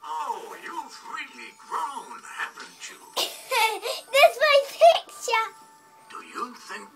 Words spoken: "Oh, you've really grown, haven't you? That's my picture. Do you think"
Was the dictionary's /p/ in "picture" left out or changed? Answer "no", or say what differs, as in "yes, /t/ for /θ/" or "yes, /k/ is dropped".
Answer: yes, /f/ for /p/